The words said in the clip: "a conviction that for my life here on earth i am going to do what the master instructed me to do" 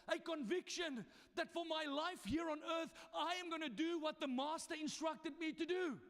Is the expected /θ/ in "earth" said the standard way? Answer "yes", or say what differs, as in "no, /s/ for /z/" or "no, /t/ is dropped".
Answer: yes